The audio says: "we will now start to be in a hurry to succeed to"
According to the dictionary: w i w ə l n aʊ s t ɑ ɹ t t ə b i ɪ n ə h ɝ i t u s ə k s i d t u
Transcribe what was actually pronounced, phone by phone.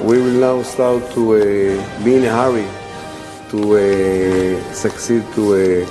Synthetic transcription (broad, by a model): w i w ə l n aʊ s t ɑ w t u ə b i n ə h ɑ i t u s ə k s i d t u